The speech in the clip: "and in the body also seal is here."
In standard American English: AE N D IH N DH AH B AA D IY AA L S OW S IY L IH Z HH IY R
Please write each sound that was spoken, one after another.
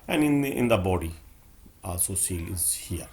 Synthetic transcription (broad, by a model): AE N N IH N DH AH B AA D IY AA S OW S IY L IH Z HH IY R